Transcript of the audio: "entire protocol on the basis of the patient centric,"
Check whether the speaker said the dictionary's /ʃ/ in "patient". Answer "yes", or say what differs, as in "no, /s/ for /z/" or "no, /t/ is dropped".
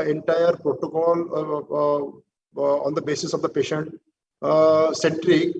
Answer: yes